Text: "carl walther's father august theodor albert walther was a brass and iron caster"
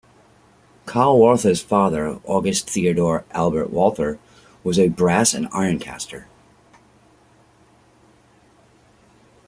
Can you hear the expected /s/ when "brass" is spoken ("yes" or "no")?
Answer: yes